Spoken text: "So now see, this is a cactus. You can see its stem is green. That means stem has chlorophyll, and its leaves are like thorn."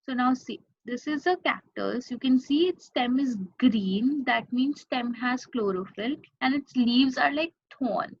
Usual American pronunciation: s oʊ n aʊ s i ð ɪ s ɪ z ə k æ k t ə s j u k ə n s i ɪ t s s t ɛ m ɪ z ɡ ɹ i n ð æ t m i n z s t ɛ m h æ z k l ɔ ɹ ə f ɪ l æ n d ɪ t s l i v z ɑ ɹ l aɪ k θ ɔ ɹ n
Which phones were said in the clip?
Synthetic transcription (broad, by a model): s oʊ n aʊ s i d ɪ s ɪ z ə k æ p t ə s j u k ə n s i ɪ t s s t ɛ m ɪ z ɡ ɹ i n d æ t m i n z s t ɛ m h æ z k l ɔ ɹ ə f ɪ l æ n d ɪ t s l i v z ɑ ɹ l aɪ k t ɔ n